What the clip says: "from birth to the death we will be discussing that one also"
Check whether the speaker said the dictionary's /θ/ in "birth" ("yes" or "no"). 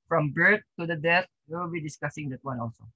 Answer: no